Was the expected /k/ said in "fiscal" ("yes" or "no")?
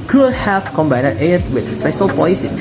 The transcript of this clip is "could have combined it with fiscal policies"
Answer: no